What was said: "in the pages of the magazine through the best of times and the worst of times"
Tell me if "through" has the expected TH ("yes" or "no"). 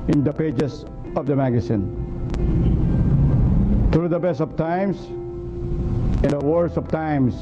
no